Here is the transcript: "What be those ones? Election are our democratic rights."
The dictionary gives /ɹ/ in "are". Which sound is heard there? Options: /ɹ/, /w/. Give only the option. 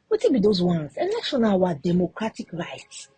/w/